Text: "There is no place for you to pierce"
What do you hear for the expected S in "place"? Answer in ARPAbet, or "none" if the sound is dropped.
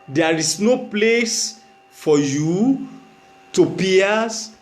S